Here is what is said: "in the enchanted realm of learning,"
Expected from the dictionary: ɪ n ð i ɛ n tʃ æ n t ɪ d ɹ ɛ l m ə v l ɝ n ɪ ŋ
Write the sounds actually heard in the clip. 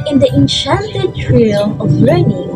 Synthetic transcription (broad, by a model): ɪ n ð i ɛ n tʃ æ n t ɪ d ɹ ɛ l ə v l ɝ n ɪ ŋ